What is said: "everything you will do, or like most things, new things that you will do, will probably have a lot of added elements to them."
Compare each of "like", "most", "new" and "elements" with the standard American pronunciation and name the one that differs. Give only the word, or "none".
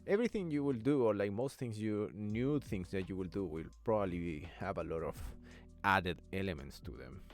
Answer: none